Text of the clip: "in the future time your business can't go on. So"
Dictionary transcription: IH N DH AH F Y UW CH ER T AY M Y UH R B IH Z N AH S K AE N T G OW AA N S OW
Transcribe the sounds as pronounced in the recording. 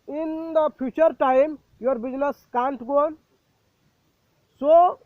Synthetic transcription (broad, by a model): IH N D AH P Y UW CH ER T AY M Y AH R B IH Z N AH S K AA N T G OW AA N S OW